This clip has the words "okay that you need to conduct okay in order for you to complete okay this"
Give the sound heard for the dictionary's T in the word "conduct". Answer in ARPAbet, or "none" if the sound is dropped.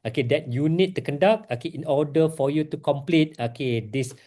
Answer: none